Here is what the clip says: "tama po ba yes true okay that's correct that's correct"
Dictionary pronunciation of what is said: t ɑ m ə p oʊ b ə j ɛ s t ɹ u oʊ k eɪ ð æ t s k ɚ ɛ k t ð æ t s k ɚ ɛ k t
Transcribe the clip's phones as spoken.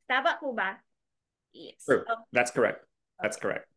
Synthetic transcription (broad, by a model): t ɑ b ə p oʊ b ə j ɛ t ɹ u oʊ ð æ t s k ɚ ɛ k t ð æ t s k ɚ ɛ k t